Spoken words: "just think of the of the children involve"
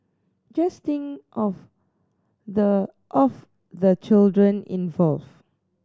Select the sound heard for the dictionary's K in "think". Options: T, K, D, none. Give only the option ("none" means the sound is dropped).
none